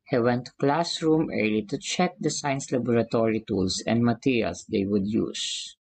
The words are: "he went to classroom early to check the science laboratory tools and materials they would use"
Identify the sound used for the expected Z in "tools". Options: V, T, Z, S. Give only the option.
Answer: S